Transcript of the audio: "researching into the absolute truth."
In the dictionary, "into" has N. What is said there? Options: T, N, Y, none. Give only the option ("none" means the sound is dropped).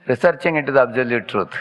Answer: none